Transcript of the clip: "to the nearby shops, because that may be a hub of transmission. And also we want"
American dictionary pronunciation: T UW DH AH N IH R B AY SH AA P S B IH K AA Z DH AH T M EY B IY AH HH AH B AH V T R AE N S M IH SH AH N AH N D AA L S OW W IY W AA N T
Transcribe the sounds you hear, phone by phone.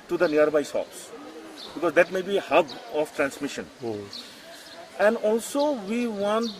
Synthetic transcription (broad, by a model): T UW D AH N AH R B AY S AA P S B IH K AA Z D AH T M EY B IY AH HH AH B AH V T R AE N S M IH SH AH N AH N D AA L S OW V IY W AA N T